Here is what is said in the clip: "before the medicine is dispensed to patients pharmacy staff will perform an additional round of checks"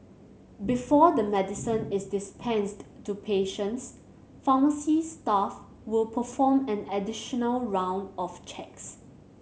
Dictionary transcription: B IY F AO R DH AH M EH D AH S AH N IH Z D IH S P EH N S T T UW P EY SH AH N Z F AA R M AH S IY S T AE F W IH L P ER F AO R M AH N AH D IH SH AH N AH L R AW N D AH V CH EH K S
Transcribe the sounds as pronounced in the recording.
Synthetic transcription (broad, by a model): B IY F AO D AH M EH D AH S AH N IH S D IH S P EH N S T T UW P EY SH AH N S F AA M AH S IY S T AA F W IH L P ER F AO M AH N AH D IH SH AH N AH L R AW N D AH F CH EH K S